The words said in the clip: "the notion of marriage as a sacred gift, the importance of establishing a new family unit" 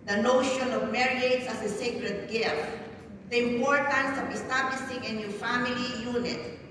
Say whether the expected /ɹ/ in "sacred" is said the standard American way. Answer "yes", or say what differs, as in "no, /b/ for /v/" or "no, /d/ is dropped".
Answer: yes